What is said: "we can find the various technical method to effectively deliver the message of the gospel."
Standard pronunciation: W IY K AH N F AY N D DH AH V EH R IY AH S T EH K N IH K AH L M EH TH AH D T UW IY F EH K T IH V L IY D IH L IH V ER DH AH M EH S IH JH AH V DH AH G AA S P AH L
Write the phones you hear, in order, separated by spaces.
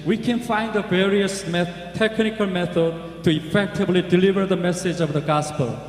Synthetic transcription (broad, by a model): W IY K AH N F AY N D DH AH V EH R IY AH S T EH K N IH K AH L M EH TH AH D T UW IY F EH K T IH V L IY D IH L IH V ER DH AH M EH S IH JH AH V DH AH G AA S P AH L